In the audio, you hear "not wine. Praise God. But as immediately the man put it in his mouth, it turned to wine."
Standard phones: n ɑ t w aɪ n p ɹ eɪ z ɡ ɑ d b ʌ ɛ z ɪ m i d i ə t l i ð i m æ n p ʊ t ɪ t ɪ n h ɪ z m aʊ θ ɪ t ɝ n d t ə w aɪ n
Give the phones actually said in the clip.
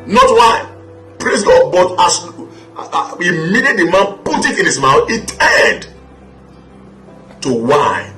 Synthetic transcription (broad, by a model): n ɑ t w aɪ p ɹ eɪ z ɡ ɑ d b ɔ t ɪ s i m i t i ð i m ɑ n p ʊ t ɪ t ɪ n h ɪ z m aʊ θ ɪ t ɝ d t ə w aɪ